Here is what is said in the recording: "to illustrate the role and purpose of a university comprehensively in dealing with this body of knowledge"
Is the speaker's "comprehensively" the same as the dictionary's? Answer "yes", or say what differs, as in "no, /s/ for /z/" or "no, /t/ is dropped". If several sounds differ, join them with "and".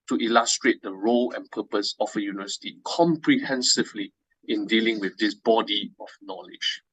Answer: yes